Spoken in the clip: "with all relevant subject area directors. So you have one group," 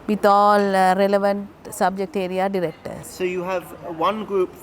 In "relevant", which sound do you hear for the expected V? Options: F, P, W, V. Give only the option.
V